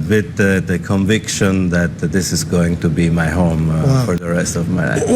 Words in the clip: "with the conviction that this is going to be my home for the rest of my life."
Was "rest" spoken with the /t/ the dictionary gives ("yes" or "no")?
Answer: yes